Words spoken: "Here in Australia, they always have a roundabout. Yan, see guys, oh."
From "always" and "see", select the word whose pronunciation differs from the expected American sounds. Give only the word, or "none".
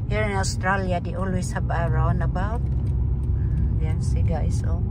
always